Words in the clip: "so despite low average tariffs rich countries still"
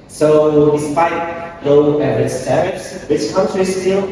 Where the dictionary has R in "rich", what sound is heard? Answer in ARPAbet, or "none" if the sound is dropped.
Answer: W